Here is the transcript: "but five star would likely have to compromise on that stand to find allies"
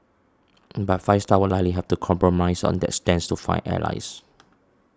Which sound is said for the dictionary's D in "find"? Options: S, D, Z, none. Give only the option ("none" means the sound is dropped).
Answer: none